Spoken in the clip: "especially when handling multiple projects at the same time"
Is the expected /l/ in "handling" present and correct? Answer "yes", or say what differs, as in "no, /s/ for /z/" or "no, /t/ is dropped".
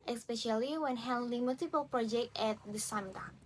no, /l/ is dropped